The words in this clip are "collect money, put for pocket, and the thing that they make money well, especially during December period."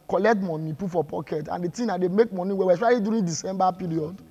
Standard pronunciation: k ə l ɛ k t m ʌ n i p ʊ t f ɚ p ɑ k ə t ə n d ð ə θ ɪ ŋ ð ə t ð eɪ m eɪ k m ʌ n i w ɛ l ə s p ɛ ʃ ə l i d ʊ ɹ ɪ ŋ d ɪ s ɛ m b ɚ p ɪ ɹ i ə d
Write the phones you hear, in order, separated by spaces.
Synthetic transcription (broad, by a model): k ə l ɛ k t m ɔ n i p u f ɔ p ɑ k ə t ə n d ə t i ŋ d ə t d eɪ m eɪ k m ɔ n i w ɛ w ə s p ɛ ə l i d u ɹ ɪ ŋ d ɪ s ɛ m b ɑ p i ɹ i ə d